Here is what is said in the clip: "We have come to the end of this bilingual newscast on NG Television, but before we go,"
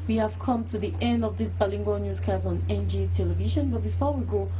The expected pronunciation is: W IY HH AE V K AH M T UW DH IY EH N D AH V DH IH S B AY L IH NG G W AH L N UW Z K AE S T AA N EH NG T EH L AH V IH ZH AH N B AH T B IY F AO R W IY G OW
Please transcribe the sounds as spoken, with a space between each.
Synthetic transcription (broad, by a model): W IY HH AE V K AH M T UW DH IY EH N D AH V DH IH S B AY L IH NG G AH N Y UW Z K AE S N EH N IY T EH L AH V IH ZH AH N B AH T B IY F AO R W IY G OW